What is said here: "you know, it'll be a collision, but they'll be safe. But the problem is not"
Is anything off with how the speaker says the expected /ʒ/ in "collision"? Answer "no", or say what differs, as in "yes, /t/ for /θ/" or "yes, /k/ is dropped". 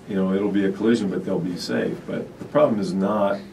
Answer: no